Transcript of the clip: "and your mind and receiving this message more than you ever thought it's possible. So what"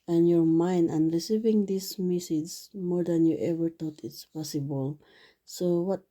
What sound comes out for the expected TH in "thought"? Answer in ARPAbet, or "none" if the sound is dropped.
T